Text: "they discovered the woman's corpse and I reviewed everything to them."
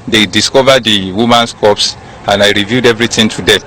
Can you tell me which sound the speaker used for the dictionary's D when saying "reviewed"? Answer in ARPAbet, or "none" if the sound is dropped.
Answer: D